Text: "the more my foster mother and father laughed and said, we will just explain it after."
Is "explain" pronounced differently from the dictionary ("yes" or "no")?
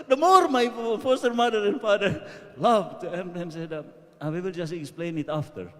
no